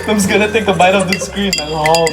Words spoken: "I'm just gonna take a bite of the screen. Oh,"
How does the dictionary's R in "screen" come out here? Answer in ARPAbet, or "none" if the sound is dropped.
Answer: R